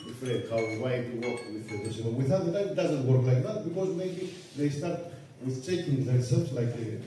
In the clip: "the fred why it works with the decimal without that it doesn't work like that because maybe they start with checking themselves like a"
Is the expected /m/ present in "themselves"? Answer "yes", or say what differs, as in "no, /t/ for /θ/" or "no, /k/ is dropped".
no, /m/ is dropped